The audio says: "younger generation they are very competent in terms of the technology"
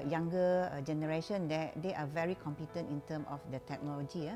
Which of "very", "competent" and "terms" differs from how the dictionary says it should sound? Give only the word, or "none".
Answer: terms